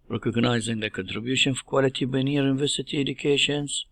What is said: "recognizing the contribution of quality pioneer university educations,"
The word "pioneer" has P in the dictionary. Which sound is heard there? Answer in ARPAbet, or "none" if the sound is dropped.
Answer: B